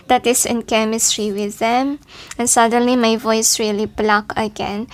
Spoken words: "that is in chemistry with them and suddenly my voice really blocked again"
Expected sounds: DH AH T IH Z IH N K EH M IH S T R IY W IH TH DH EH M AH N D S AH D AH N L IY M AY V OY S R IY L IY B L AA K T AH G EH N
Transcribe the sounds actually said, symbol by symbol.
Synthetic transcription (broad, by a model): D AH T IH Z IH N K EH M IH S T R IY W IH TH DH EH M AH N S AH D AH N L IY M AY V OY S R IY L IY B L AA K AH G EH N